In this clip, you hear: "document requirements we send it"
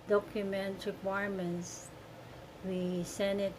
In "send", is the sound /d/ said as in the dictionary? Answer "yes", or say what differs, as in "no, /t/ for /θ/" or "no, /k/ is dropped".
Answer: no, /d/ is dropped